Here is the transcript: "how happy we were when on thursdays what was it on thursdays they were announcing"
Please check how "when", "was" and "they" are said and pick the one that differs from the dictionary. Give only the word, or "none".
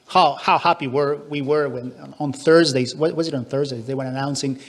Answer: none